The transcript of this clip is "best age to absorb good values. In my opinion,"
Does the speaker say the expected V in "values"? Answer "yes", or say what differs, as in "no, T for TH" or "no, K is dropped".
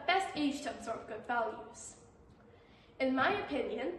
yes